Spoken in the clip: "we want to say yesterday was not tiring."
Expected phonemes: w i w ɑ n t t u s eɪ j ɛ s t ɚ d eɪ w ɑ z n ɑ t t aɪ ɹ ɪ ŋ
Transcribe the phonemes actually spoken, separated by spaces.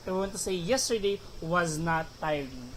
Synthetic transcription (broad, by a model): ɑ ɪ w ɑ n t t u s eɪ j ɛ s t ɚ d eɪ w ɑ z n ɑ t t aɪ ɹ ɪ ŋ